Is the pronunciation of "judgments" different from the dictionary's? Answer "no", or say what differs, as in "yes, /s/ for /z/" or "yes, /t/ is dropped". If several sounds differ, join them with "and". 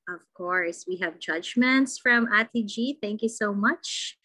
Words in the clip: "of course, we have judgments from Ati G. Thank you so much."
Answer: no